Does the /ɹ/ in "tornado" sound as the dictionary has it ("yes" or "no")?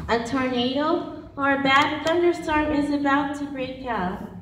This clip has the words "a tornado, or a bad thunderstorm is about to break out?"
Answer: yes